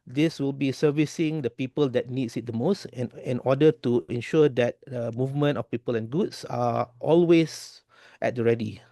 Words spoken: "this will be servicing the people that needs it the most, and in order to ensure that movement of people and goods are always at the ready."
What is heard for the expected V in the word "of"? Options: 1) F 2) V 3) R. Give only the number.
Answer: 1